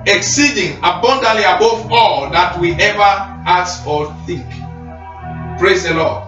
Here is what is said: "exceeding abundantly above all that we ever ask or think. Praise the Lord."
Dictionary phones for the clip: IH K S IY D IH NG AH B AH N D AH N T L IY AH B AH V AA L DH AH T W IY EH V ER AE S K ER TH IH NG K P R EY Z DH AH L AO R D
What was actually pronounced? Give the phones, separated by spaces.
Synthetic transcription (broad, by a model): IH K S IY D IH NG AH B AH N D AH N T L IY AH B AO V AA L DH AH T W IY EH V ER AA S AO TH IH NG K P R EY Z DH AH L AO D